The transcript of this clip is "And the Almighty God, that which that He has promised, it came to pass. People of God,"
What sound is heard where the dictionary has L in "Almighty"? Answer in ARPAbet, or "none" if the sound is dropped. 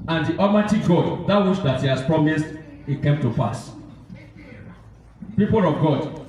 none